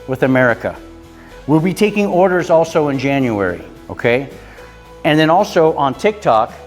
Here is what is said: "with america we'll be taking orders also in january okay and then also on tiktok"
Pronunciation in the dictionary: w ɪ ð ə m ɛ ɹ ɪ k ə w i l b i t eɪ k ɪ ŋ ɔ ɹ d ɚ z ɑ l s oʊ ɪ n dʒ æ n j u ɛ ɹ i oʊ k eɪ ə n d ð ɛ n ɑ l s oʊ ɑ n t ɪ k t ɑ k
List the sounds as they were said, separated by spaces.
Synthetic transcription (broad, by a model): w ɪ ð ə m ɛ ɹ ɪ k ə w i l b i t eɪ k ɪ ŋ ɔ ɹ d ɚ z ɑ l s oʊ ɪ n dʒ æ n j u ɛ ɹ i oʊ k eɪ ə n ð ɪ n ɑ l s oʊ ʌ n t ɪ k t ɑ k